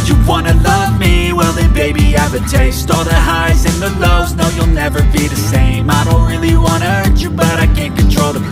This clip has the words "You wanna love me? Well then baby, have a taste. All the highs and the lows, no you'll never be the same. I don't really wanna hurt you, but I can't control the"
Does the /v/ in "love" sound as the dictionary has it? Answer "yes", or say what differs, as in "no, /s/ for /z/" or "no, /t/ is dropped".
yes